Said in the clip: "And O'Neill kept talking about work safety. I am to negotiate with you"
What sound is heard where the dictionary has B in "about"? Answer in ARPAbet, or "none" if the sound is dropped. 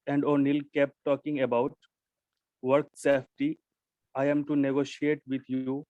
B